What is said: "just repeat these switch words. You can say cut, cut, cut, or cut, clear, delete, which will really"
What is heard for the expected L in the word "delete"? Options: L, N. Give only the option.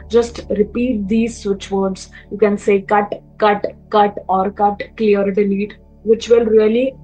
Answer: N